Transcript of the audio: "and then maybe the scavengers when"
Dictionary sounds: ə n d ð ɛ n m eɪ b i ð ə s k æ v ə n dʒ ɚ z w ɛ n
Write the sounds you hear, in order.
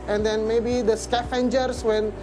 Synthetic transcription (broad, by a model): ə n d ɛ n m eɪ b i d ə s k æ f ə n dʒ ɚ s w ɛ n